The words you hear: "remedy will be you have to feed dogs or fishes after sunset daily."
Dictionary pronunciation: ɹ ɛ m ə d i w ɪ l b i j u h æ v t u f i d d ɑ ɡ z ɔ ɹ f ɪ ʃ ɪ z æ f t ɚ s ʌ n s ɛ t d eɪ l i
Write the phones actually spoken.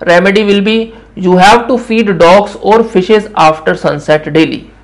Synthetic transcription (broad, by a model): ɹ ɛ m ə d i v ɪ l b i j u h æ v t u f i d d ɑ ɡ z ɔ ɹ f ɪ ʃ ɪ z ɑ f t ɚ s ʌ n s ɛ t d eɪ l i